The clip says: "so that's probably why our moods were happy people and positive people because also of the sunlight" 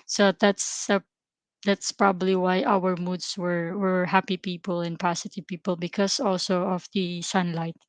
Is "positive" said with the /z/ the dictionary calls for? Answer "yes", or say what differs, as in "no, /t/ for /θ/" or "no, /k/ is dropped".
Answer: no, /s/ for /z/